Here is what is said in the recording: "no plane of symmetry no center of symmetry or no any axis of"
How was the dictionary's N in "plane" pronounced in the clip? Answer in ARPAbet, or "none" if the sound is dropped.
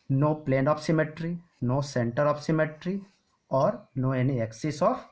N